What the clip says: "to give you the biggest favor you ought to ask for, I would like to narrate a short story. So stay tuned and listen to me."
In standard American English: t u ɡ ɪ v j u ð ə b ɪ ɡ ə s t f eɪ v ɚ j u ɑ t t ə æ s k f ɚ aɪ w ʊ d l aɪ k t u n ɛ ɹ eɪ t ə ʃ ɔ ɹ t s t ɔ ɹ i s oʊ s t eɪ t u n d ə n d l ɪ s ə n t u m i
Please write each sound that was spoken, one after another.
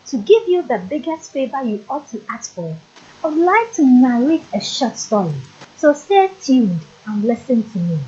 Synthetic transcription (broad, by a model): t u ɡ ɪ v j u ð ə b ɪ ɡ ə s t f eɪ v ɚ j u ɑ t t ə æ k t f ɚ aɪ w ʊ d l aɪ k t u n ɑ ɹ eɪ t ə ʃ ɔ t s t ɔ ɹ i s oʊ s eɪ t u d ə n l ɪ s ə n t u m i